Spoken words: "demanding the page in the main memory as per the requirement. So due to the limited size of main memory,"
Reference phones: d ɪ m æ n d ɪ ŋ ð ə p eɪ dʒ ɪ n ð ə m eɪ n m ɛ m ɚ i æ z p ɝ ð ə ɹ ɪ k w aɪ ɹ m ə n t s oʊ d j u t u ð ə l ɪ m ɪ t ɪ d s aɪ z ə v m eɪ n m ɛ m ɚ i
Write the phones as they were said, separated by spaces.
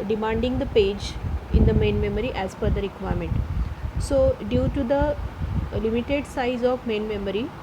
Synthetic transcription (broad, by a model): d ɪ m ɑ n d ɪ ŋ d ə p eɪ dʒ ɪ n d ə m eɪ n m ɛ m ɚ i æ z f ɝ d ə ɹ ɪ k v aɪ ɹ m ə n t s oʊ d j u t u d ə l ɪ m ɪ t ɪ d s aɪ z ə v m eɪ n m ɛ m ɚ i